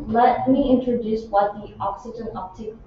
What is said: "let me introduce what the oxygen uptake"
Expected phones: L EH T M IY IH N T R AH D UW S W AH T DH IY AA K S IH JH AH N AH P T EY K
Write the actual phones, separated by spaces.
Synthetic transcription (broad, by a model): L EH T M IY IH N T R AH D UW S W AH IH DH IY AA K S IH JH AH N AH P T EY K